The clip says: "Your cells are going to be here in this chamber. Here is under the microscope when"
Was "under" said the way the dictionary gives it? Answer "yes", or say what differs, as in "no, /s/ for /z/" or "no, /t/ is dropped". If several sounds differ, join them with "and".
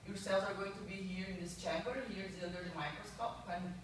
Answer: no, /l/ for /n/